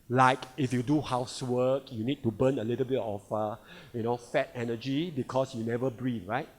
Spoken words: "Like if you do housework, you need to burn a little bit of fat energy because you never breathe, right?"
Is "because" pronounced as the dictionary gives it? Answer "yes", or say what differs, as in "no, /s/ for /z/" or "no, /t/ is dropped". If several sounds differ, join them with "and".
no, /s/ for /z/